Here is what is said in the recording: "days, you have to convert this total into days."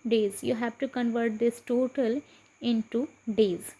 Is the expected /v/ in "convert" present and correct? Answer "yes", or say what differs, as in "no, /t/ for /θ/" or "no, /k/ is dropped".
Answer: yes